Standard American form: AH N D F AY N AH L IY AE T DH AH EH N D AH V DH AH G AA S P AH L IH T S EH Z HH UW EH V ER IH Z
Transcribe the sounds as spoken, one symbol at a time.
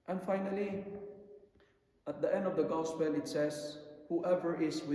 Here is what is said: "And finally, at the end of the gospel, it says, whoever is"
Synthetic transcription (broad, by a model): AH N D F AY N AH L IY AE T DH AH EH N D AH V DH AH G AA S P AH L IH T S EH S HH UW EH V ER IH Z